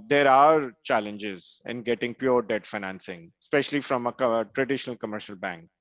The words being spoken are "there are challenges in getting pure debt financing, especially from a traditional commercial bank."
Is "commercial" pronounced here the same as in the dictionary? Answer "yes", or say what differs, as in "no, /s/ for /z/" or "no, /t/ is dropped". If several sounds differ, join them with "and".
yes